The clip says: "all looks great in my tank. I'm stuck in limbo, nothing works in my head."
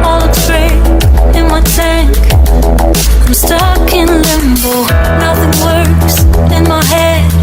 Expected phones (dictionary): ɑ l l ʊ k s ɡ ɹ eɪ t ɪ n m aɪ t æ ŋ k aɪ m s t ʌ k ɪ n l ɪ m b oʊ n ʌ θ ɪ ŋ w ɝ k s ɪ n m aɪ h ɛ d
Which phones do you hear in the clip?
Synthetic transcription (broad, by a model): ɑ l l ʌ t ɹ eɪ ɪ n m aɪ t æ ŋ k aɪ m s t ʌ k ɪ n l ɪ m b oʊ n ʌ θ ɪ ŋ w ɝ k s ɪ n m aɪ h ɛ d